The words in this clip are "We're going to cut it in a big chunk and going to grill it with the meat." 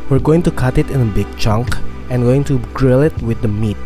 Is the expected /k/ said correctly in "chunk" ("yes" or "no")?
yes